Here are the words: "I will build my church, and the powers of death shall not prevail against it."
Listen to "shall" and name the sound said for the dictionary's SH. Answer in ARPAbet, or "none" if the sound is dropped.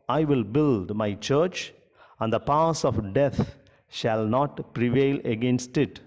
SH